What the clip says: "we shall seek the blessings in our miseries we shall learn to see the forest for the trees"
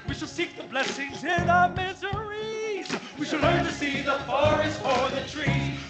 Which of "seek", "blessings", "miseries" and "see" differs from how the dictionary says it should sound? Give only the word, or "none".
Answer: none